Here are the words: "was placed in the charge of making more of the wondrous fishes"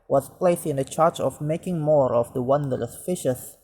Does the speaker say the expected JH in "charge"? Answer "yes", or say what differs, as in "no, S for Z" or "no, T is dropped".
no, CH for JH